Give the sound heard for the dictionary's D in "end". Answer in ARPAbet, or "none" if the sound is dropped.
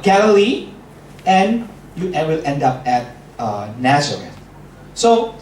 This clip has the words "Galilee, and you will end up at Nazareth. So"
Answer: D